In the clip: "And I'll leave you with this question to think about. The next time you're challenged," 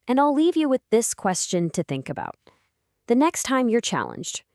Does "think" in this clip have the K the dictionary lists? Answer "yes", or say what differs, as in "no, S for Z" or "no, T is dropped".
yes